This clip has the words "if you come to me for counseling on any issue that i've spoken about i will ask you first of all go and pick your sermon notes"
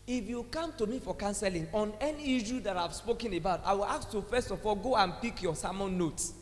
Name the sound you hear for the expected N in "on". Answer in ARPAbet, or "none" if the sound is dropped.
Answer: N